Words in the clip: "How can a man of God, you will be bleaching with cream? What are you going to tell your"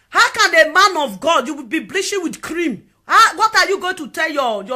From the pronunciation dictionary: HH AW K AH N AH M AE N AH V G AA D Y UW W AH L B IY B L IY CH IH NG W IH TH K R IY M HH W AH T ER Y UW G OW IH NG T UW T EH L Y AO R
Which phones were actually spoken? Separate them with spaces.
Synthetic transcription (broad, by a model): HH AW K AH N AH M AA N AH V G AA D Y UW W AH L B IY B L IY SH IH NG W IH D K R IY M HH W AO T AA Y UW G OW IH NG T UW T EH L Y AO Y